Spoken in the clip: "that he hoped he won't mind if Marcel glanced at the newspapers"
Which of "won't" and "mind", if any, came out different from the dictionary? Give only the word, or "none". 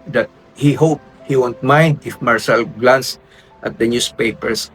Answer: none